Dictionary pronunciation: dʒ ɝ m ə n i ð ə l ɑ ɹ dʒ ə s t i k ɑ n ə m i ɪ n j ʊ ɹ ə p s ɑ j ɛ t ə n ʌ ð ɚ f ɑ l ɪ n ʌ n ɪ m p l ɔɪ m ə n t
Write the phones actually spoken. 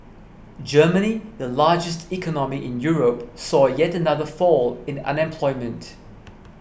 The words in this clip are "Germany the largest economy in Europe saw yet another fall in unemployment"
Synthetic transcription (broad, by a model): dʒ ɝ m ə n i ð ə l ɑ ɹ dʒ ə s t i k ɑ n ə m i ɪ n j ʊ ɹ ə p s ɑ j ɛ t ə n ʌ ð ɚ f ɑ l ɪ n ʌ n ɪ m p l ɔɪ m ə n t